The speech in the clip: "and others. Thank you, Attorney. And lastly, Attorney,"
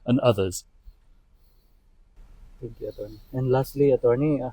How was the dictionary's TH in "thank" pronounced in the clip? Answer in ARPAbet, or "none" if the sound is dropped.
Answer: T